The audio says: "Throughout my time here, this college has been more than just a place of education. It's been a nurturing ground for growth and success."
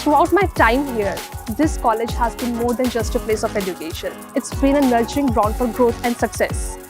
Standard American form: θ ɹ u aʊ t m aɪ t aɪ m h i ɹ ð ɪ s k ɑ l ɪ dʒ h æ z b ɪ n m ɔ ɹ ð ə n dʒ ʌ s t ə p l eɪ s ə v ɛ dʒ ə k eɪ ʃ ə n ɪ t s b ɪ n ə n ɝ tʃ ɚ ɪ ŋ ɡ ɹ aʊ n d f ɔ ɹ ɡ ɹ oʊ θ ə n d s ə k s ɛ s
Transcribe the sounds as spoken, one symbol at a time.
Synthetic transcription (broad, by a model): ɹ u aʊ t m aɪ t aɪ m h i ɹ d ɪ s k ɑ l ɪ dʒ h æ z b ɪ n m ɔ ɹ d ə n dʒ ʌ s t ə p l eɪ s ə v ɛ dʒ ə k eɪ ʃ ə n ɪ t s b ɪ n ə n ɝ tʃ ɚ ɪ ŋ ɡ ɹ aʊ n d f ɔ ɹ ɡ ɹ oʊ t ə n d s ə k s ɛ s